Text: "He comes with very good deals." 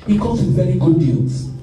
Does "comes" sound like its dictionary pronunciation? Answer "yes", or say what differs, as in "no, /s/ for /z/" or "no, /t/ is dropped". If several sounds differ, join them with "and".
no, /m/ is dropped